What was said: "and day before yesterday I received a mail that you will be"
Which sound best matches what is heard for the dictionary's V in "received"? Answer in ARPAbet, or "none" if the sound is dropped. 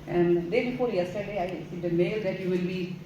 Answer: none